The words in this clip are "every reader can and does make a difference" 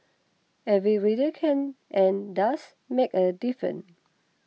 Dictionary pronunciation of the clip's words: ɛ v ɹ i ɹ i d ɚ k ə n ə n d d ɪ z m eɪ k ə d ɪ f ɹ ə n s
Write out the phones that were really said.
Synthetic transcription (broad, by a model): ɛ v ɹ i ɹ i d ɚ k ə n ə n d d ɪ s m eɪ k ə d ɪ f ɹ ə n